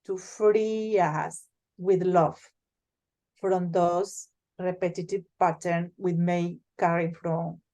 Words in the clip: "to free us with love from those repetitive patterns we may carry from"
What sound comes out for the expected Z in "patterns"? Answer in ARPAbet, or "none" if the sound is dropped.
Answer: none